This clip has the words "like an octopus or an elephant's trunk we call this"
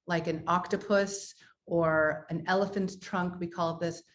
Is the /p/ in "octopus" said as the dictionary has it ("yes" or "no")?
yes